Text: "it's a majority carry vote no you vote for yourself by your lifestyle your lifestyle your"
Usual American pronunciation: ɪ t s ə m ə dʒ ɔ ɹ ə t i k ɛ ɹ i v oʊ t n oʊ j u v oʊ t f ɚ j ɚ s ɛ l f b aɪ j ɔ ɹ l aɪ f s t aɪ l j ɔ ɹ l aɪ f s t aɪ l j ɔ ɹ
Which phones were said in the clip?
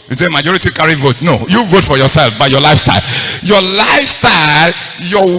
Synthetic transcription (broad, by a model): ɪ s ə m ə dʒ ɔ ɹ ə t i k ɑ ɹ i v oʊ t n oʊ j u v oʊ t f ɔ j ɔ s ɛ l f b aɪ j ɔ l aɪ f s t aɪ l j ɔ l aɪ f s t aɪ l j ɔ